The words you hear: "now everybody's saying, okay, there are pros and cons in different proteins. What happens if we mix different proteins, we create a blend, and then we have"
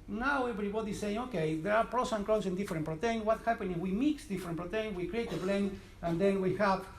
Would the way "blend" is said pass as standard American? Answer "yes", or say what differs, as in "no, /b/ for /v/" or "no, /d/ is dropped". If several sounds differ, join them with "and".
no, /d/ is dropped